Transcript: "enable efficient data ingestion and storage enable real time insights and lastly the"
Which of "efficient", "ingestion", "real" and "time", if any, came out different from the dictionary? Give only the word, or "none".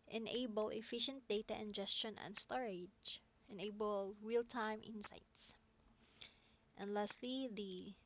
none